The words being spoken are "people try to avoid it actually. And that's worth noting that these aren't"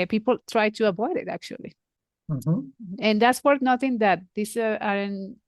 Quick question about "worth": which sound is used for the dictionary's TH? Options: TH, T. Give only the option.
T